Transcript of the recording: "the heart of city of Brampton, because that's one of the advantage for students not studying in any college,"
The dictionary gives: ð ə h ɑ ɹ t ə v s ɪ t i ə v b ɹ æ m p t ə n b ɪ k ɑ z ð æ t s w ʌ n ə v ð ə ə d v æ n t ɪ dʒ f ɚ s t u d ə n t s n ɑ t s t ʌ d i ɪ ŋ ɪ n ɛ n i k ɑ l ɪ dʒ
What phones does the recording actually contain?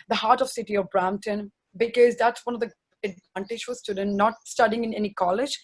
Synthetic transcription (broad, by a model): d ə h ɑ ɹ t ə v s ɪ t i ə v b ɹ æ m t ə n b ɪ k ɑ z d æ t s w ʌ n ə v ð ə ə d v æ n t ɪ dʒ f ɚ s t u d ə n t n ɑ t s t ʌ d i ɪ ŋ ɪ n ɛ n i k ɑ l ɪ dʒ